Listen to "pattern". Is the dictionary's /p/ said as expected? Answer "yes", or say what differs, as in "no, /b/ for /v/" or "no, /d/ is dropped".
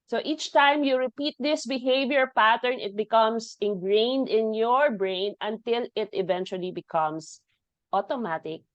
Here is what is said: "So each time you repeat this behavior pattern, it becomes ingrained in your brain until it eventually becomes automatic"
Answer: yes